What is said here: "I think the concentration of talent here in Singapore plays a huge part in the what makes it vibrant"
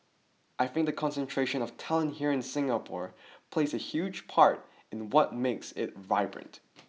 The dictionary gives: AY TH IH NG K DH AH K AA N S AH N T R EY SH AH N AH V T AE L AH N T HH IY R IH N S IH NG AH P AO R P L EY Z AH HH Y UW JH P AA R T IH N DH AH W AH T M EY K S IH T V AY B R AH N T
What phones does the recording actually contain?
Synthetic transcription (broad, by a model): AY TH IH NG K DH AH K AA N S AH N T R EY SH AH N AH V T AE L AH N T HH IY R IH N S IH NG AH P AO R P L EY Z AH HH Y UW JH P AA R T IH N W AH T M EY K S IH T V AY B R AH N T